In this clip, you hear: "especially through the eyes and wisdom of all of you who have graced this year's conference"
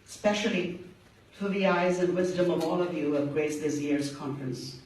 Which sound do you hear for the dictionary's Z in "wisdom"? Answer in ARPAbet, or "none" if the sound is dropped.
Z